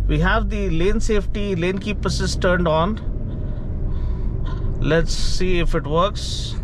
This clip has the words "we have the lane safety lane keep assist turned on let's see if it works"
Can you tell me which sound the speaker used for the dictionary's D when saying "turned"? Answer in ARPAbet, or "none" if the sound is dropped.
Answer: D